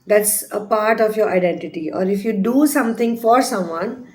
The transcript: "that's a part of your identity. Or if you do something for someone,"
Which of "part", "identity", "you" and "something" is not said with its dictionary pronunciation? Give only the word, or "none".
something